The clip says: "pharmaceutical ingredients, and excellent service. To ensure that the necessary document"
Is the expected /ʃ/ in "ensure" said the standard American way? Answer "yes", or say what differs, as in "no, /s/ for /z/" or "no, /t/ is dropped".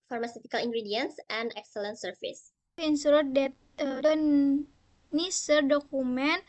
no, /s/ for /ʃ/